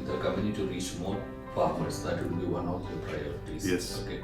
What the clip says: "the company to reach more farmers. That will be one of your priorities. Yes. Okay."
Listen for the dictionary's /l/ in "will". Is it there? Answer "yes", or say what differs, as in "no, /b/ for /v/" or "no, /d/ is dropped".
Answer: no, /n/ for /l/